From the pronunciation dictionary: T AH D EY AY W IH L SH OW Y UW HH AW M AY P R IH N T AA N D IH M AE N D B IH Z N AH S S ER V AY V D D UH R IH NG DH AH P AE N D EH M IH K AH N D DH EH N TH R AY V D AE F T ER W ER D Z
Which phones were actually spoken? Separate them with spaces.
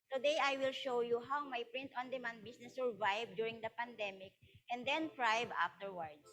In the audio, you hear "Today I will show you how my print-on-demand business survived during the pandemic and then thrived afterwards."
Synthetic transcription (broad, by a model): T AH D EY AY W IH L SH OW Y UW HH AW M AY P R IH N T AA N D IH M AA N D B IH S N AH S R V AY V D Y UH R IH NG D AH P AE N D EH M IH K AH N D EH N T R AY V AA F T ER W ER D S